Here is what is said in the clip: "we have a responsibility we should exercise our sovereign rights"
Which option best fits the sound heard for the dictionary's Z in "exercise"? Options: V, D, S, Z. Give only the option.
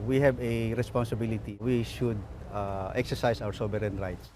S